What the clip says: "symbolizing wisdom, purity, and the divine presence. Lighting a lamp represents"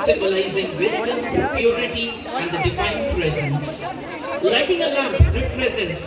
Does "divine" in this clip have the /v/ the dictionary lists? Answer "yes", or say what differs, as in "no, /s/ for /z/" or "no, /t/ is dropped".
no, /f/ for /v/